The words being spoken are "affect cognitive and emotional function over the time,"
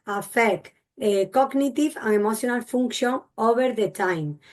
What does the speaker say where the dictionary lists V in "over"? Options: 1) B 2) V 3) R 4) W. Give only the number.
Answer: 1